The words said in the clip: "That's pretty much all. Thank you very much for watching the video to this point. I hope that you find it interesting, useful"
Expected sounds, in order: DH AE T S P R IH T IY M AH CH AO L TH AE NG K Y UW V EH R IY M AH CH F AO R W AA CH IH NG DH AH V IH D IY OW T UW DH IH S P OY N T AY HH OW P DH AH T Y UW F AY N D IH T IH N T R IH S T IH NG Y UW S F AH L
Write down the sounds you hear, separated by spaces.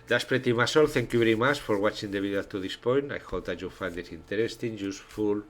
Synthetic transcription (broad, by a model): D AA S P R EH T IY M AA S AO L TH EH NG K Y UW B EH R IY M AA CH F AO R W AA CH IH NG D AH B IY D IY T UW DH IH S P OY N T AY HH OW P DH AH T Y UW F AY N D IH T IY N T R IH S T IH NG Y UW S F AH L